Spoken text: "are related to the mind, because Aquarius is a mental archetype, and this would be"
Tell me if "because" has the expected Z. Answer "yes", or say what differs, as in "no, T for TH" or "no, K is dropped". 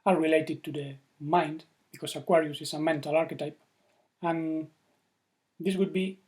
no, S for Z